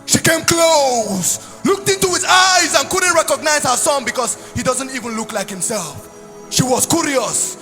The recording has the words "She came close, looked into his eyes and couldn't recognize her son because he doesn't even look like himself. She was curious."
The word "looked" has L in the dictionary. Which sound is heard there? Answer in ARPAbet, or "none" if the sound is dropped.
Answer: L